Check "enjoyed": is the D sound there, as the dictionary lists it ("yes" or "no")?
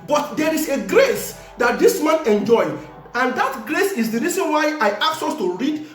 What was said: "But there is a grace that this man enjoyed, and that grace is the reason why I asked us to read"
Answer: no